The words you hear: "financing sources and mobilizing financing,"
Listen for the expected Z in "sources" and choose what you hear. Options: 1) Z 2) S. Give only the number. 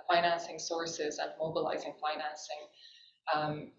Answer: 1